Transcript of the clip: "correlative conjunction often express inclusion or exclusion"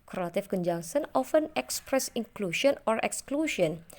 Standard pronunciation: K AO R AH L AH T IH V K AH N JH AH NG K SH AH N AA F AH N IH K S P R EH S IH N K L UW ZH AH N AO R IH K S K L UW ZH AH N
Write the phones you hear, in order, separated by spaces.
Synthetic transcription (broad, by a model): K R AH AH T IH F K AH N JH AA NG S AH N AA F AH N IH K S P R EH S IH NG K L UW SH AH N AO R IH K S K L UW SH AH N